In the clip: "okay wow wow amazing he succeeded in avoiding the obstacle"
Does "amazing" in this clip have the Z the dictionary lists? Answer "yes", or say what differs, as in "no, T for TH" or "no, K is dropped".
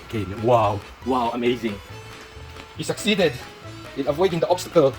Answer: yes